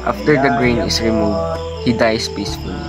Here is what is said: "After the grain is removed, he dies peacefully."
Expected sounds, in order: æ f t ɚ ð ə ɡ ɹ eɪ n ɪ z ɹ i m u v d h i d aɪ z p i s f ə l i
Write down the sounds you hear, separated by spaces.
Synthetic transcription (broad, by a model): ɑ f t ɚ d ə ɡ ɹ eɪ n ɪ s ɹ i m u v d h i d aɪ s p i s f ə l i